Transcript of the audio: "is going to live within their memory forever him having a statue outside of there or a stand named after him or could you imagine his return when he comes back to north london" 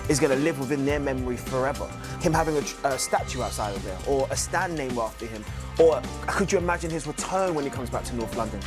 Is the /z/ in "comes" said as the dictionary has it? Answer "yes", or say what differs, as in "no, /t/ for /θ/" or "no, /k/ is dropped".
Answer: yes